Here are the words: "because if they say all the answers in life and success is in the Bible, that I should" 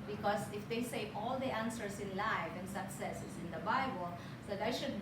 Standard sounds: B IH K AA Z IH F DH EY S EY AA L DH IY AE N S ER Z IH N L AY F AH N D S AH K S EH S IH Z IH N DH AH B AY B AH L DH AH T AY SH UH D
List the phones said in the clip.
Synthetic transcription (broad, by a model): B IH K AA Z IH F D EY S EY AA L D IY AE N S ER S IH N L AY F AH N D S AH K S EH S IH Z IH N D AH B AY B AH L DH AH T AY SH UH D